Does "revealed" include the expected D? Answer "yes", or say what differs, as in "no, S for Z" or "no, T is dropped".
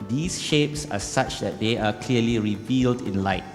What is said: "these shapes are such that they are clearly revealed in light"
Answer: yes